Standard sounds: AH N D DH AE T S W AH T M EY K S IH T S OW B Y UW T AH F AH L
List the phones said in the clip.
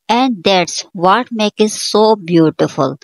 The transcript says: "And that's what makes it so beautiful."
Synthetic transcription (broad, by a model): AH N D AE T S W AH T M EY K IH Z S OW B Y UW T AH F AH L